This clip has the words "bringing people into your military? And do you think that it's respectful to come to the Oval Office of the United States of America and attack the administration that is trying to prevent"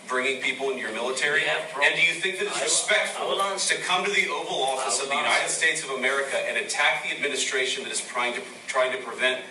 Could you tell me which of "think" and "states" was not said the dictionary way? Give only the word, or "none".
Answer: none